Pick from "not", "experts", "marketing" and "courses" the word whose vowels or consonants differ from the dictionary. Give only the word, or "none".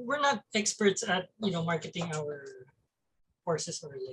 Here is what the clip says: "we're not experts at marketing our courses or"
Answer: courses